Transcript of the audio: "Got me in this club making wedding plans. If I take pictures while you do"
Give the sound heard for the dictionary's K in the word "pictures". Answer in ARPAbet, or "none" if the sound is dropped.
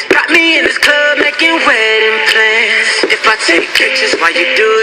none